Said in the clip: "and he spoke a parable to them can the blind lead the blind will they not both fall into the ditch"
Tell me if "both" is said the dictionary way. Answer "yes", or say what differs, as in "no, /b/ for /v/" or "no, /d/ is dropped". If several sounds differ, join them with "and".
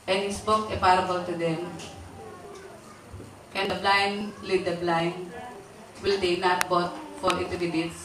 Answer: no, /t/ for /θ/